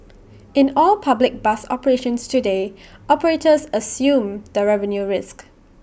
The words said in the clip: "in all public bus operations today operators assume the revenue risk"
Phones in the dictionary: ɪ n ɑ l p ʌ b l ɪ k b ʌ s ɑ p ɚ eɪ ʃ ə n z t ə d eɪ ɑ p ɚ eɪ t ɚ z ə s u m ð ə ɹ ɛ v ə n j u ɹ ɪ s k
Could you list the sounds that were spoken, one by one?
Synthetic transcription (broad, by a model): ɪ n ɑ l p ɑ b l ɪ k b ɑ s ɑ p ɚ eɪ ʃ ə n s t ə d eɪ ɑ p ɚ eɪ t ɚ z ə s u m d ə ɹ ɛ v ə n j u ɹ ɪ s k